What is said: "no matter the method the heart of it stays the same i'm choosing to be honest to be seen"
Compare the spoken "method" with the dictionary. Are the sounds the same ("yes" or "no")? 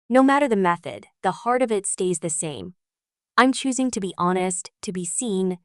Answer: yes